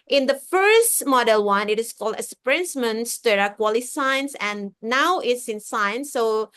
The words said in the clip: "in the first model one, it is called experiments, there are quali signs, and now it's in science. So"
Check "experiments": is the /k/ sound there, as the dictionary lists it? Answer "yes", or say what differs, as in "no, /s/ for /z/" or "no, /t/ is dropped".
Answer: no, /k/ is dropped